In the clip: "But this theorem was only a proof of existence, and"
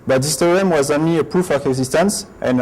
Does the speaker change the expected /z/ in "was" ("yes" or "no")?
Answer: no